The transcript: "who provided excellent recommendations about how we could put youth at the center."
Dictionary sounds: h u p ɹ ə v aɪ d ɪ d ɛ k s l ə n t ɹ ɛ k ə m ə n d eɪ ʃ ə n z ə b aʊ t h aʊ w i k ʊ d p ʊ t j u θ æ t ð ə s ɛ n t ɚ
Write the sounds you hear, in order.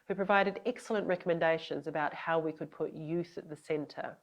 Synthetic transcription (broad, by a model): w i p ɹ ə v aɪ d ɪ d ɛ k s l ə n t ɹ ɛ k ə m ə n d eɪ ʃ ə n z ə b aʊ t h aʊ w i k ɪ d p ʊ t j u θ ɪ t ð ə s ɛ n t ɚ